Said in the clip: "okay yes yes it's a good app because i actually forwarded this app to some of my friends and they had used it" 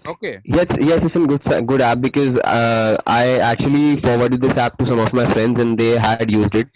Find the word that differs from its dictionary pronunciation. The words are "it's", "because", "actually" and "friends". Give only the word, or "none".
none